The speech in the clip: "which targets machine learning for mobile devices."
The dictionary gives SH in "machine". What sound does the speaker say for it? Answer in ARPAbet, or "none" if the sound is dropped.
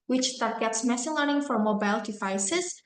S